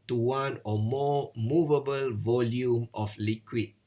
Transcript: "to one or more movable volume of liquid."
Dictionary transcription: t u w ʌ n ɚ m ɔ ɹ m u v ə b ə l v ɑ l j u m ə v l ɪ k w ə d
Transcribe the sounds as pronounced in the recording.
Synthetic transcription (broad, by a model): t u w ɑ n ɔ m ɔ m u v ə b ə l v ɑ l j u m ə f l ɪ k w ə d